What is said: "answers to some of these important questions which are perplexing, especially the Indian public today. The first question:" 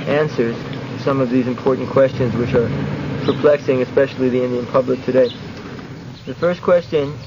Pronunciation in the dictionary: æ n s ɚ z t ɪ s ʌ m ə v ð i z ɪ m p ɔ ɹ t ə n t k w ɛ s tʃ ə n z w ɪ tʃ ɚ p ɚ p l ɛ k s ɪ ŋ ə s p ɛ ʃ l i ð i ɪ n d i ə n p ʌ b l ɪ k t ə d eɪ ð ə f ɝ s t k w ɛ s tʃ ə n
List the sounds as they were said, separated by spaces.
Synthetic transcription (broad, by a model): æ n s ɚ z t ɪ s ʌ m ə v ð i z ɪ m p ɔ ɹ t n k w ɛ s tʃ ə n z w ɪ tʃ ɚ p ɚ p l ɛ k s ɪ ŋ ə s p ɛ ʃ l i ð i ɪ n d i ə n p ʌ b l ɪ k t ə d eɪ ð ə f ɝ s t k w ɛ s tʃ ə n